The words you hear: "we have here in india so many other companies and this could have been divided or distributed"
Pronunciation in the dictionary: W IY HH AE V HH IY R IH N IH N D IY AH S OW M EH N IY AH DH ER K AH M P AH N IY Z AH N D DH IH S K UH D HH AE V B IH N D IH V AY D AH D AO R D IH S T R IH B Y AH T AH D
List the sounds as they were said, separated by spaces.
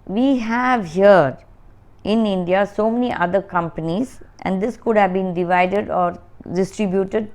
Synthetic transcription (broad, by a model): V IY HH AE V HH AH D IH N IH N D IY AH S OW M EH N IY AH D ER K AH M P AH N IY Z AH N D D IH S K UH D HH AE V B IH N D IH V AY D AH D AO R D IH S T R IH B Y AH T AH D